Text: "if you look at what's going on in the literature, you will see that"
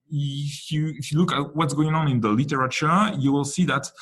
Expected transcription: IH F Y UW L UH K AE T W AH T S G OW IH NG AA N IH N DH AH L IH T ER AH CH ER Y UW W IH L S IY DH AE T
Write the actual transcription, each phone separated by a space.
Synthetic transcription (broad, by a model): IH F Y UW L UH K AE T W AH T S G OW IH NG AA N IH N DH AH L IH T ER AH CH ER Y UW W IH L S IY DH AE T